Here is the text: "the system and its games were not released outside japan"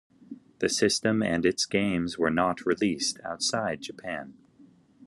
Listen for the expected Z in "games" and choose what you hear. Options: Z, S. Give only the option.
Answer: Z